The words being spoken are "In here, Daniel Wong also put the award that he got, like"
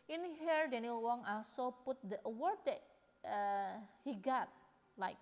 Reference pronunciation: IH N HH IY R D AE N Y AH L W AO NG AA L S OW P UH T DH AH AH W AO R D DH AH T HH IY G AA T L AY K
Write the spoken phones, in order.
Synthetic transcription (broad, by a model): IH N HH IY R D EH N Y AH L W AO NG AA S OW P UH T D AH AH W AO R D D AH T HH IY G AA T L AY K